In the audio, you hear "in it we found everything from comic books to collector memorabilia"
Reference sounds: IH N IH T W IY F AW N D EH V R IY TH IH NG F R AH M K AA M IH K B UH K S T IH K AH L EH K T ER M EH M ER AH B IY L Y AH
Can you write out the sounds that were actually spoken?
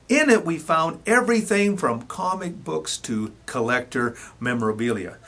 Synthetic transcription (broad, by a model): IH N IH T W IY F AW N D EH V R IY TH IH NG F R AH M K AA M IH K B UH K S T IH K AH L EH K T ER M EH M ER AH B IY L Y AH